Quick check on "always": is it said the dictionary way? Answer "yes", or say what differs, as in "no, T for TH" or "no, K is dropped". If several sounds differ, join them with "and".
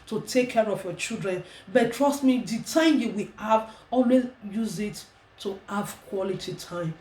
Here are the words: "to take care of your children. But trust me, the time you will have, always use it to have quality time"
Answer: no, Z is dropped